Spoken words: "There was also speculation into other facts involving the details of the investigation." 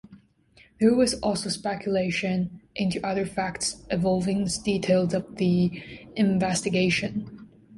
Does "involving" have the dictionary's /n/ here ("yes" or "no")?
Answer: no